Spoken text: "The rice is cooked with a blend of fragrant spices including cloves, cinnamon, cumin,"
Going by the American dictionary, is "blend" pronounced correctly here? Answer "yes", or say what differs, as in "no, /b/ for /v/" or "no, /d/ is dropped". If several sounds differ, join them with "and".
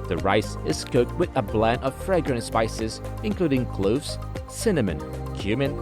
no, /d/ is dropped